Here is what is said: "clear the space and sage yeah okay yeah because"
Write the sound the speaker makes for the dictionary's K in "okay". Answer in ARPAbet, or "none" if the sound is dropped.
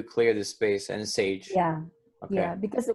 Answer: none